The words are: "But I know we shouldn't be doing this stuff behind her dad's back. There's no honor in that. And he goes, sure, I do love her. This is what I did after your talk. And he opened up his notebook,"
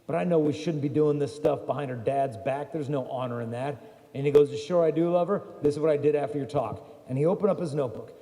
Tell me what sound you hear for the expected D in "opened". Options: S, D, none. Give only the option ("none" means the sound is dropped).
D